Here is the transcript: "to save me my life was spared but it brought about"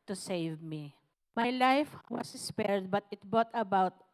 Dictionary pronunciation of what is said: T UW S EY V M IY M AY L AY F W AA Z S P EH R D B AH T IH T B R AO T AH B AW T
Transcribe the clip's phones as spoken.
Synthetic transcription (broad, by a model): T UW S EY V M IY M AY L AY F W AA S S P EH R D B AH T IH T B AO T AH B AW T